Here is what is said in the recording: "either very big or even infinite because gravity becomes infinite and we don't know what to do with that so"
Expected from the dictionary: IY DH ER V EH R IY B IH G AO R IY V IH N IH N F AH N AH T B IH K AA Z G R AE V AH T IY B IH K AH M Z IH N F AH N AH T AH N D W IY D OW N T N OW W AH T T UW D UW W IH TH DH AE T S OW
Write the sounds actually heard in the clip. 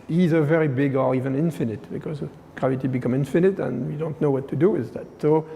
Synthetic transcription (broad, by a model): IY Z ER V EH R IY B IH G AO R IY V IH N IH N F AH N AH T B IH K AA Z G R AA V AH T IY B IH K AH M IH N F AH N AH T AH N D W IY D OW N T N OW W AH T T UW D UW W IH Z DH AE T S OW